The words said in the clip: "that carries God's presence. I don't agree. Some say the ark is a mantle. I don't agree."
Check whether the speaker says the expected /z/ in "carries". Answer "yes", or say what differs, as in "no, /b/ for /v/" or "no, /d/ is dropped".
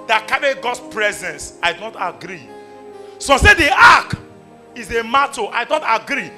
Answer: no, /z/ is dropped